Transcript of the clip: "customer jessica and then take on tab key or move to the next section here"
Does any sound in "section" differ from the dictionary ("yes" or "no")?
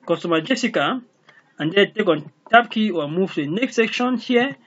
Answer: no